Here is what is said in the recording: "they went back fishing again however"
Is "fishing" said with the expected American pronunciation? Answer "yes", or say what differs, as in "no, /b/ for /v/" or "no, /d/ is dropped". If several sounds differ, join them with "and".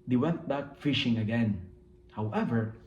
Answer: yes